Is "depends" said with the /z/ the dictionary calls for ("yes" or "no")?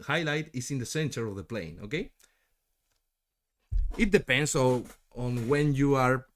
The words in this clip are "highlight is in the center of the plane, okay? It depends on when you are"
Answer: no